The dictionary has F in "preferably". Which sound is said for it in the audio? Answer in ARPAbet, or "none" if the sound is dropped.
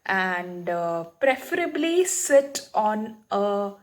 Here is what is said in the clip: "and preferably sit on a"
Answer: F